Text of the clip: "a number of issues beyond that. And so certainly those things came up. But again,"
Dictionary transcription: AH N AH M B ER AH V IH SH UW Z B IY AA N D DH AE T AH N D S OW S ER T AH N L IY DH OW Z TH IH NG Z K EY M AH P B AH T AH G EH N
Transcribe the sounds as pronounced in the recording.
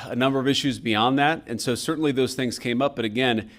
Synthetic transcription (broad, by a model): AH N AH M B ER AH V IH SH UW Z B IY AA N DH AE T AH N S OW S ER T N L IY DH OW Z TH IH NG Z K EY M AH P B AH T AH G EH N